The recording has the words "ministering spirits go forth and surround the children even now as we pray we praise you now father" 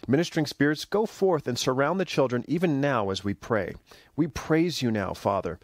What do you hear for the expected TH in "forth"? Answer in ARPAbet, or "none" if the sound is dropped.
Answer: TH